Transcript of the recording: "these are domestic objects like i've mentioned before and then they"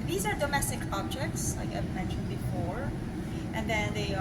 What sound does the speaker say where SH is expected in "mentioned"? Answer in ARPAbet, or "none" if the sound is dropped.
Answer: none